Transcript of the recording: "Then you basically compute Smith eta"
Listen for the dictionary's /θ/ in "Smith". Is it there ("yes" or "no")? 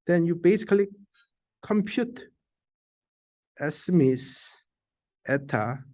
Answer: no